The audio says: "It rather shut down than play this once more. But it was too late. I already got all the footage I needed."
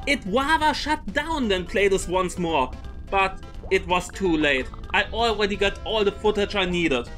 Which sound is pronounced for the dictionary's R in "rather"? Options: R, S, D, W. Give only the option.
W